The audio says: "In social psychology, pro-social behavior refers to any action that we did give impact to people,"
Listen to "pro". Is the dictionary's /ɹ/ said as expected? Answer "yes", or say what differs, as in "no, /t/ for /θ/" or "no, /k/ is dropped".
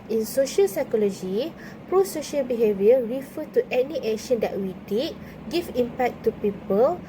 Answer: yes